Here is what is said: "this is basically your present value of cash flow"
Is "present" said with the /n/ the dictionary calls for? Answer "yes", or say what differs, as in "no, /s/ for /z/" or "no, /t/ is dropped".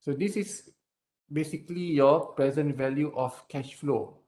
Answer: yes